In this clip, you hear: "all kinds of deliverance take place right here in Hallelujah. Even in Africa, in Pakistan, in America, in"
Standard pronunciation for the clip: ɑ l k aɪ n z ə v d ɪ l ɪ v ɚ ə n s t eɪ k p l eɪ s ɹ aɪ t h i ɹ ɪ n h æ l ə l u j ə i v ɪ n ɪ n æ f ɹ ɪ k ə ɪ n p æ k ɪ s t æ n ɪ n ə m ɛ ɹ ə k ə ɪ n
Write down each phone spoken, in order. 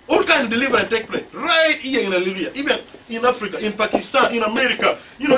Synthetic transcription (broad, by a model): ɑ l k aɪ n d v d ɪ l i v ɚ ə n t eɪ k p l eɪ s ɹ aɪ t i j ɪ n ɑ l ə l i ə i v ɪ n ɪ n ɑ f ɹ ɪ k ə ɪ n p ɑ k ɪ s t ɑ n ɪ n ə m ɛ ɹ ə k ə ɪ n